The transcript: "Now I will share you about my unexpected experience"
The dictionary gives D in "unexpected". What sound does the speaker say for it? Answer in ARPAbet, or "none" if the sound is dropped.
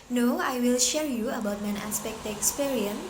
none